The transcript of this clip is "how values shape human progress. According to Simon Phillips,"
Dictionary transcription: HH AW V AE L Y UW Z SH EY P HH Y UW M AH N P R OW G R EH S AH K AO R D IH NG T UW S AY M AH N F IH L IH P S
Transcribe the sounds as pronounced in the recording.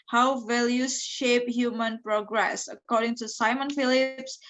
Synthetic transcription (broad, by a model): HH AW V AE L Y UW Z SH EY P HH Y UW M AH N P R OW G R EH S AH K AO R D IH NG T UW S AY M AH N F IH L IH P S